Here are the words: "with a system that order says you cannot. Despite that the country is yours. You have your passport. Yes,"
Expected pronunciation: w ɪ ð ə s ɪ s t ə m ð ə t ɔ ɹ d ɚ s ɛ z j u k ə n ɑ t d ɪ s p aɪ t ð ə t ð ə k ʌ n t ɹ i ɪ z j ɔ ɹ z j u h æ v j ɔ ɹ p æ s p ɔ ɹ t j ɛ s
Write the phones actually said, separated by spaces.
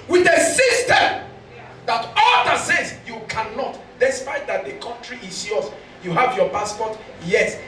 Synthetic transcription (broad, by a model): w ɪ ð ə s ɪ s t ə m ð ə t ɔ l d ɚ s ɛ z j u k ə n ɑ t d ɪ s p aɪ t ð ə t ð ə k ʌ n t ɹ i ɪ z j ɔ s j u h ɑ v j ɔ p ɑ s p ɔ t j ɛ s